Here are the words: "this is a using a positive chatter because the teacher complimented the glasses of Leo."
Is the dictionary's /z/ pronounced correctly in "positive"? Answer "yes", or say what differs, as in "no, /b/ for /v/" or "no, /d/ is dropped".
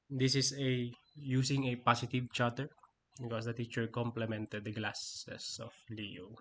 no, /s/ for /z/